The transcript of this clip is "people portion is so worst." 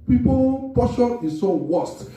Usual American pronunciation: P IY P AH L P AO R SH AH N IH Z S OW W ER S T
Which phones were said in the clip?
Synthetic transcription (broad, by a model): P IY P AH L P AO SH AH IH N S OW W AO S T